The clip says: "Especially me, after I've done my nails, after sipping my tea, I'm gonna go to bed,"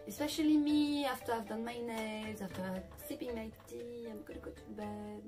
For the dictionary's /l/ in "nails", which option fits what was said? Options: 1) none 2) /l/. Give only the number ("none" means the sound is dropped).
1